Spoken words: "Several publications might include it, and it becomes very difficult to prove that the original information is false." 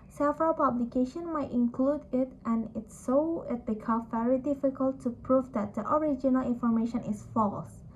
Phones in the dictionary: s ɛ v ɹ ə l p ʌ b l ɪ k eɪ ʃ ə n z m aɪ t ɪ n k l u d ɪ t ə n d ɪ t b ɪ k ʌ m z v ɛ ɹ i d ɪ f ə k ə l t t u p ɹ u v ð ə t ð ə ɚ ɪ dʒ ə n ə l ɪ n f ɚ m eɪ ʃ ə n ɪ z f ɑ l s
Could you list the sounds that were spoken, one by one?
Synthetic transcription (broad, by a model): s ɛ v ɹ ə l p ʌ b l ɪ k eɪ ʃ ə n m aɪ t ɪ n k l u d ɪ t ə n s ɪ t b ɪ k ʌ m v ɛ ɹ i d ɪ f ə k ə l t t u p ɹ u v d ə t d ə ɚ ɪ dʒ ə n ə l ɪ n f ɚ m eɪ ʃ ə n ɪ s f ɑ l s